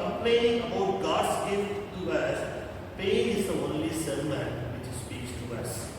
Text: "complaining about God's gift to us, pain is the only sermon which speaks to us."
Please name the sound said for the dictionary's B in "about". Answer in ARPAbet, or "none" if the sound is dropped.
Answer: none